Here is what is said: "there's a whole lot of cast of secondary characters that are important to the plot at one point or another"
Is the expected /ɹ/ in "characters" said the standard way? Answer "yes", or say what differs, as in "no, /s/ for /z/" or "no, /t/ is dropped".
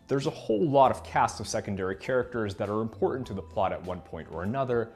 yes